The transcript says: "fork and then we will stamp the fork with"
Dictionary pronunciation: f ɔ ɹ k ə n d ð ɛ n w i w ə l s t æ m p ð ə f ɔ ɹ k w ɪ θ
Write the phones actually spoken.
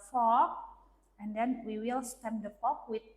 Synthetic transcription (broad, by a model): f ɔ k ə n d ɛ n w i w ə l s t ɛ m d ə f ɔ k w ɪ